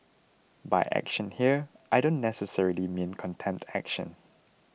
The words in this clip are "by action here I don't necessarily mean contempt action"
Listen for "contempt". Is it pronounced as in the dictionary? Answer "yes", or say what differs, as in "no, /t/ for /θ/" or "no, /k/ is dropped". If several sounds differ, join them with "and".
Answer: no, /p/ is dropped